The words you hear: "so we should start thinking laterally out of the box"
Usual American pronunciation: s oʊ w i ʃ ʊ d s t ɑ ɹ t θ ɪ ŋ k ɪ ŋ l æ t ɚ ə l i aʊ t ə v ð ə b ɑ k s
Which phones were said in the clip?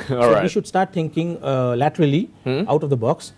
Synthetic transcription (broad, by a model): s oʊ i ʃ ʊ d s t ɑ ɹ t t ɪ ŋ k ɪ ŋ l æ t ɚ ə l i aʊ t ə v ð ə b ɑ k s